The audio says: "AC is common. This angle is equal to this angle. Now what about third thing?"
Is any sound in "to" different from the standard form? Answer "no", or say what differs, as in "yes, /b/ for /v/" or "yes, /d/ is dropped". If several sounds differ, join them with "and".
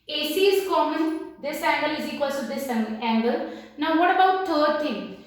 yes, /s/ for /t/